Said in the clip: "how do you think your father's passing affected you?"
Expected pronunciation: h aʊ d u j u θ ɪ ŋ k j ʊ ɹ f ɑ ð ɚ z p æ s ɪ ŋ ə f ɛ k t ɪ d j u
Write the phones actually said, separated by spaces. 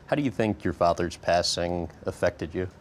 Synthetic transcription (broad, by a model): h aʊ d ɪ j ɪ θ ɪ ŋ k j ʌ ɹ f ɑ ð ɚ z p æ s ɪ ŋ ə f ɛ k t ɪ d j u